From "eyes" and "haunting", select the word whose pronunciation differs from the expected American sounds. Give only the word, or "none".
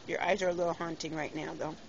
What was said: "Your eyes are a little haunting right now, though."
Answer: none